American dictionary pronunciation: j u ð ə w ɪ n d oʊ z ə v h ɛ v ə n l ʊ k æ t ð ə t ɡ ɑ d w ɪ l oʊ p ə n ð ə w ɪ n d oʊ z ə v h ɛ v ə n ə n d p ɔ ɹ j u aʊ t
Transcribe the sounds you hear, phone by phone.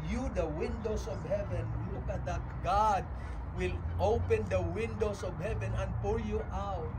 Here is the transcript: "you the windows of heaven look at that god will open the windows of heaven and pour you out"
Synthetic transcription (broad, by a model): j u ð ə w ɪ n d oʊ s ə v h ɛ v ə n w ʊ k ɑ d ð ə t ɡ ɑ d w ɪ l oʊ p ə n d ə w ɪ n d oʊ s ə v h ɛ v ə n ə n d p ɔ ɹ j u aʊ t